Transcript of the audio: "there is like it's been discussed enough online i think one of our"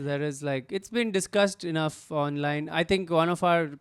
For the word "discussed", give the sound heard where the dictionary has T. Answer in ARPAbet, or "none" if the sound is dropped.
T